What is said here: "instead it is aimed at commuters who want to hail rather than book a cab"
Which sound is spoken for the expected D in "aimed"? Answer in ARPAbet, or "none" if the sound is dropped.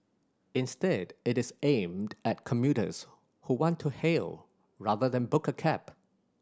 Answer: D